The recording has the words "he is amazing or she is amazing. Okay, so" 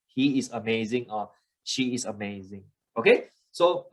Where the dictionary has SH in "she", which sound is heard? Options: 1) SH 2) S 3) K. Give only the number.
1